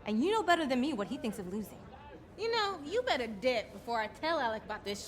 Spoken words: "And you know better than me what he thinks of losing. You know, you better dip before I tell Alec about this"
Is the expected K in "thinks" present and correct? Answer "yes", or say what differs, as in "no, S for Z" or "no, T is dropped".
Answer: yes